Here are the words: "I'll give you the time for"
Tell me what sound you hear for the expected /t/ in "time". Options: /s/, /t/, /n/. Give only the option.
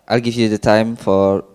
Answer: /t/